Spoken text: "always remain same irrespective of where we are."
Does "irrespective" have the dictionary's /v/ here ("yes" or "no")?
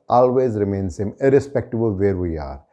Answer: no